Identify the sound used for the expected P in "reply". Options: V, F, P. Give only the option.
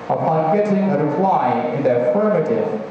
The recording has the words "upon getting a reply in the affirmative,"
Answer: F